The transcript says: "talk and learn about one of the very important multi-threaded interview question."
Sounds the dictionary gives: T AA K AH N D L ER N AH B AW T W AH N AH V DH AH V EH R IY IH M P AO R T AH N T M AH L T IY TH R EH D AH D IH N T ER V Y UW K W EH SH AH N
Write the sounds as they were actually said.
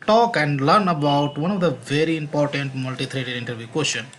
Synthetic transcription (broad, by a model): T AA K AH N D L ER N AH B AW T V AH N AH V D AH V EH R IY IH M P AO R T AH N T M AH L T IY T R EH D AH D IH N T ER V Y UW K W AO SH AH N